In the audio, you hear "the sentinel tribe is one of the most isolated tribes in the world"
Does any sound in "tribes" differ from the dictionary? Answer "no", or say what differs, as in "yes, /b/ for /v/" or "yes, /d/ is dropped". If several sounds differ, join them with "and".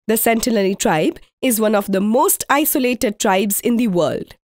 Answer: no